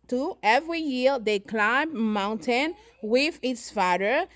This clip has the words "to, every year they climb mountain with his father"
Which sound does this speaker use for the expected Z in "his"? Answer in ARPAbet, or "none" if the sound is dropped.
S